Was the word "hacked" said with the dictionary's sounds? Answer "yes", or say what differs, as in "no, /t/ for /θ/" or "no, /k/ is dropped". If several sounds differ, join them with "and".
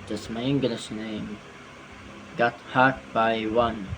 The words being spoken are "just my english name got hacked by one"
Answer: no, /k/ is dropped